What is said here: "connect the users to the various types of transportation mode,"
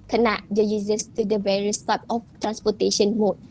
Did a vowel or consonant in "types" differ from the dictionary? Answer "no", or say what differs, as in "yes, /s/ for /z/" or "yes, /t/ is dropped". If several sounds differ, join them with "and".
yes, /s/ is dropped